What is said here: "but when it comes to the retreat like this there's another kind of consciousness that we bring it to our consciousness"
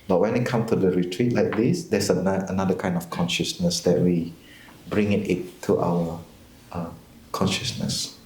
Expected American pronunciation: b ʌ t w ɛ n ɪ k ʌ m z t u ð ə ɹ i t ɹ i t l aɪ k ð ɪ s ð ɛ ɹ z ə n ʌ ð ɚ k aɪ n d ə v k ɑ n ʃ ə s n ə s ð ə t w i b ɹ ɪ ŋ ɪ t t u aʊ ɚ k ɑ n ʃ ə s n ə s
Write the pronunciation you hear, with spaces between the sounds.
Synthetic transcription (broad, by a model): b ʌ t w ɛ n ɪ k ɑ m t u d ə ɹ i t ɹ i t l aɪ k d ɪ s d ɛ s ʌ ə n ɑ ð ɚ k aɪ n d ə f k ɑ n ʃ ə s n ə s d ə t w i b ɹ ɪ ŋ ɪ t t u aʊ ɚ k ɑ n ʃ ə s n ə s